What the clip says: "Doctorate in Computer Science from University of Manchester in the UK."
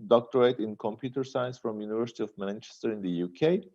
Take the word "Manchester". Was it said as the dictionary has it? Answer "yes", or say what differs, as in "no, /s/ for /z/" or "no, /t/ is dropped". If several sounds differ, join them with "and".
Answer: yes